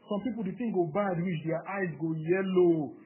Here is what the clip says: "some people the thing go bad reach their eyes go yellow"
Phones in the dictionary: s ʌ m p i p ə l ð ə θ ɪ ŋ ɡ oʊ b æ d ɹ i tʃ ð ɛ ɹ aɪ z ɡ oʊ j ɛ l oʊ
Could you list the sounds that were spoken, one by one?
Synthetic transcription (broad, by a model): s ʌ m p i p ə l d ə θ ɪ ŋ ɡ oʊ b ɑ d w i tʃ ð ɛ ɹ aɪ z ɡ oʊ j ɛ l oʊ